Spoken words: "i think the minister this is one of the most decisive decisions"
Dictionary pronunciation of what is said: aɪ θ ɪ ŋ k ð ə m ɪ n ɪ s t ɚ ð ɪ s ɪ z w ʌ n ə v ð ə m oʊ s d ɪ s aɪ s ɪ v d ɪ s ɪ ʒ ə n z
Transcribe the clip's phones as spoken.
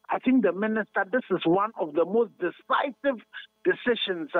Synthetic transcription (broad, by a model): aɪ θ ɪ ŋ k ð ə m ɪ n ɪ s t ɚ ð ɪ s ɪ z w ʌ n ə v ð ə m oʊ s d ɪ s aɪ s ɪ v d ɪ s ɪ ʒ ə n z